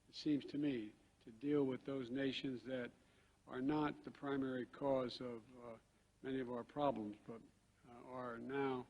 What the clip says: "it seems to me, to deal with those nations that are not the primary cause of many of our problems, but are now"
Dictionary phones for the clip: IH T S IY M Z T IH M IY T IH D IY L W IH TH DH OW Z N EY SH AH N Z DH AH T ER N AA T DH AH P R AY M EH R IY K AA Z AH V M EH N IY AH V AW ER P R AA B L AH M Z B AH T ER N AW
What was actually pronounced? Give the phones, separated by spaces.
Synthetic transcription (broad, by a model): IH T S IY M Z T IH M IY T IH D IY L W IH DH OW Z N EY SH AH N Z DH AH T ER N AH T DH AH P R AY M EH R IY K AA Z AH V M EH N IY AH V AW ER P R AA B L AH M Z B AH T ER N AW